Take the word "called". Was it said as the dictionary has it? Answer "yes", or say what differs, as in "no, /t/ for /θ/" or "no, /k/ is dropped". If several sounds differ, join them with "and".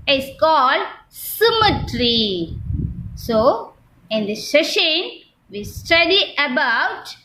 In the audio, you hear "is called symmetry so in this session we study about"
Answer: yes